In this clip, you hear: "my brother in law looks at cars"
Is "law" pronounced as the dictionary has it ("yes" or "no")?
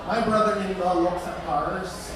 no